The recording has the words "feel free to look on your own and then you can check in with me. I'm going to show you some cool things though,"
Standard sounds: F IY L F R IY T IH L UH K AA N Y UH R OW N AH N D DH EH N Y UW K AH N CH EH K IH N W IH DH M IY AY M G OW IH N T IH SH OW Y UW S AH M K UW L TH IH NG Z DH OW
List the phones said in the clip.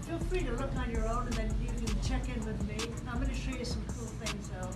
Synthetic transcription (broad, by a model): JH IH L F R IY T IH L UH K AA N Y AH R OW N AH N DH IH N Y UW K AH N CH EH K IH N W IH DH M IY AY M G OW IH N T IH SH OW Y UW S AH M K UW L TH IH NG Z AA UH